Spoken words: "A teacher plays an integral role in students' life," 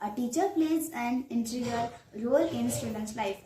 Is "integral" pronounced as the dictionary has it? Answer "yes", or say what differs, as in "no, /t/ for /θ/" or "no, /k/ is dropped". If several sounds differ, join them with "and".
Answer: no, /ɹ/ is dropped